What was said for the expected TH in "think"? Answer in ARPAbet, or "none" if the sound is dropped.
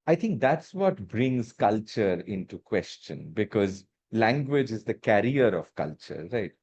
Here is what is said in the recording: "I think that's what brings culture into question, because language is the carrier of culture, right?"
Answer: T